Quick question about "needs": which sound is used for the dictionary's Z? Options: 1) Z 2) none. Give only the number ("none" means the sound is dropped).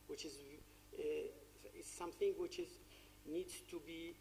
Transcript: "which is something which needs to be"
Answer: 2